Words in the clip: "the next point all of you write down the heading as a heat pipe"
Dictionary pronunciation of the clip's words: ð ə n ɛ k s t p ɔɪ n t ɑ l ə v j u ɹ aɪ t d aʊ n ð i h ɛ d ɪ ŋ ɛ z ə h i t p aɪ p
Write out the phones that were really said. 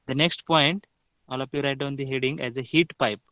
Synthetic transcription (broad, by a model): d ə n ɛ k s t p ɔɪ n t ɑ l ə p j u ɹ aɪ t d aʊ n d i h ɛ d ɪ ŋ ɛ z ə h i t p aɪ p